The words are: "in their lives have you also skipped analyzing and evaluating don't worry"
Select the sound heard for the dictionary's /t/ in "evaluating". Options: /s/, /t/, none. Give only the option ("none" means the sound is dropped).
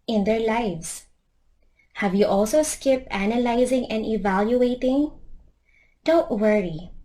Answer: /t/